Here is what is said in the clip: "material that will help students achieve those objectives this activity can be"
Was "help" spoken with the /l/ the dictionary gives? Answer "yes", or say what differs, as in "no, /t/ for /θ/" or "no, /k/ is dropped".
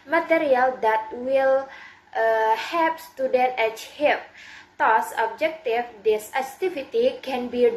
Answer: no, /l/ is dropped